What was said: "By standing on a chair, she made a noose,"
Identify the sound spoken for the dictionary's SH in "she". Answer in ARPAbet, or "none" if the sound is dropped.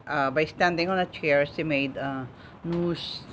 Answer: S